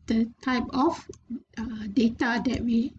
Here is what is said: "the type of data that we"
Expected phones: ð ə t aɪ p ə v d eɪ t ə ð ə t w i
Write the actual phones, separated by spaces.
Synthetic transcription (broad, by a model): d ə t aɪ p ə f d eɪ t ə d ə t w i